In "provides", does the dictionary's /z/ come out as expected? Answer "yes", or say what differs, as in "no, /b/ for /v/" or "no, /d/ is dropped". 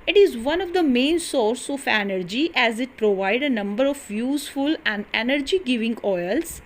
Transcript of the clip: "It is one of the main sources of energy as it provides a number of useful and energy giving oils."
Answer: no, /z/ is dropped